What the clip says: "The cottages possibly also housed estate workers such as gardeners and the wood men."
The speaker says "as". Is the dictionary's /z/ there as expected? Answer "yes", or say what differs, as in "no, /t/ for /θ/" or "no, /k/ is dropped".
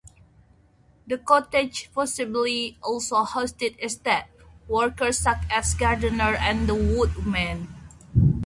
no, /s/ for /z/